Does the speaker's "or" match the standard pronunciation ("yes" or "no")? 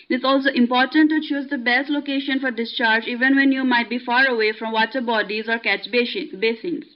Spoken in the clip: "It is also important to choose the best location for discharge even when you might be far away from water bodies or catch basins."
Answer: yes